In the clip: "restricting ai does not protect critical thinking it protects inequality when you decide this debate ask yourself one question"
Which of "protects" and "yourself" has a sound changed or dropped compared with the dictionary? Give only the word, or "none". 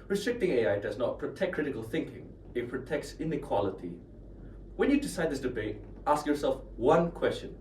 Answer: none